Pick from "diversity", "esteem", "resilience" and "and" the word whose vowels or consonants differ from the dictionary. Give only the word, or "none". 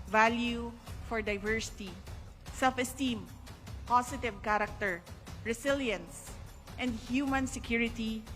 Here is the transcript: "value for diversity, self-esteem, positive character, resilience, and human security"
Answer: resilience